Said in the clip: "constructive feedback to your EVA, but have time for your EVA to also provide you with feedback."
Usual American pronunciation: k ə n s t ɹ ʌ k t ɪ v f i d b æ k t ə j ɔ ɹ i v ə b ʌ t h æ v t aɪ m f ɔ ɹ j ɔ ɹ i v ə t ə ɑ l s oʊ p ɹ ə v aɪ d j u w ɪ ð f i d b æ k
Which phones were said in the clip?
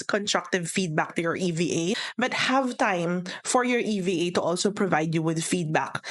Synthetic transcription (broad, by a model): k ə n s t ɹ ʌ k t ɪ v f i d b æ k t ə j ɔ ɹ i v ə b ʌ t h æ v t aɪ m f ɔ ɹ j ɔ ɹ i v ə t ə ɑ l s oʊ p ɹ ə v aɪ d j u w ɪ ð f i d b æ k